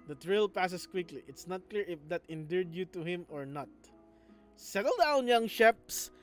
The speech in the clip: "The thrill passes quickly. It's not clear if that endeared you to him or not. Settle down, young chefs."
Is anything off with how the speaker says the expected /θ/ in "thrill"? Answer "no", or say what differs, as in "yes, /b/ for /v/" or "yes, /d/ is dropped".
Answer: yes, /t/ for /θ/